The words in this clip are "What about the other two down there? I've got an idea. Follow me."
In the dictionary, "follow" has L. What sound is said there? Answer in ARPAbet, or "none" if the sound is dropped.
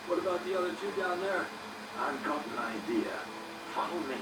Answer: none